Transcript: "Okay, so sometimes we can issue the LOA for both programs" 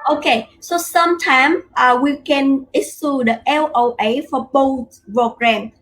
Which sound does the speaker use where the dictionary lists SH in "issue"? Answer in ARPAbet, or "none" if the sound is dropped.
S